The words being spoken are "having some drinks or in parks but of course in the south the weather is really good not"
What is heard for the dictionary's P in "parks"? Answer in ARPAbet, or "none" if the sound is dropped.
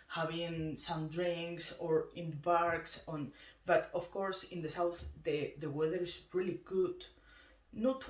B